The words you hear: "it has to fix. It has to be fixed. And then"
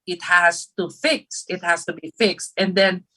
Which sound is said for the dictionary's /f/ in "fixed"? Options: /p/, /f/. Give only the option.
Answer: /f/